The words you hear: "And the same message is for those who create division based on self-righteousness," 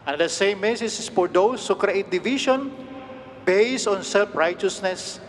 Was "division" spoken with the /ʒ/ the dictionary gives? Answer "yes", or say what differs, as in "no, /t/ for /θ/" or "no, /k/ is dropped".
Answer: no, /ʃ/ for /ʒ/